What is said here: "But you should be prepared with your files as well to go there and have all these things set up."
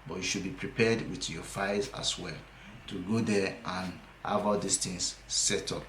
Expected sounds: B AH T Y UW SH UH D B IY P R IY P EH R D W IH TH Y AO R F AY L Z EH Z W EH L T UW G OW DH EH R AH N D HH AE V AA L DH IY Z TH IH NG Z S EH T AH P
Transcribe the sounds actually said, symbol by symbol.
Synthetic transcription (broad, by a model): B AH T Y UW SH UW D B IY P R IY P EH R D W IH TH Y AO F AY Z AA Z W EH L T UW G OW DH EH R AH N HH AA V AA L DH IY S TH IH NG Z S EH T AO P